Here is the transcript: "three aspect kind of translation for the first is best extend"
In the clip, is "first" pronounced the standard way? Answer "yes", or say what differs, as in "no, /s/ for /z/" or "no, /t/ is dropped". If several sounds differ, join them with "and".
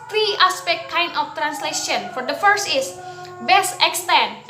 yes